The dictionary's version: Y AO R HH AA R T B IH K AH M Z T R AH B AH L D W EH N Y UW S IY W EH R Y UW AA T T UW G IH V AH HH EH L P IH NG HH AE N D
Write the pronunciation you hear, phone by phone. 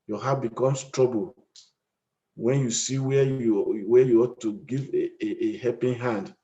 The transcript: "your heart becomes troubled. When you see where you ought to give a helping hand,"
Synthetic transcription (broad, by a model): Y AO HH AA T B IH K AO M S T R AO B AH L W EH N Y UW S IY W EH W Y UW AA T T UW G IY V AH HH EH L P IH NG HH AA N D